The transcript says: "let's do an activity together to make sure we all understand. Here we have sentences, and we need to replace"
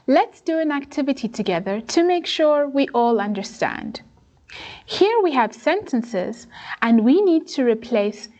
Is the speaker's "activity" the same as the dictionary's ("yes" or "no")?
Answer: yes